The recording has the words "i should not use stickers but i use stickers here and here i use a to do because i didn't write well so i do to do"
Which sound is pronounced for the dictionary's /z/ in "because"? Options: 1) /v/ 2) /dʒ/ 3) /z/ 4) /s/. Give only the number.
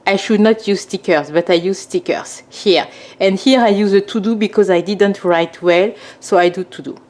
3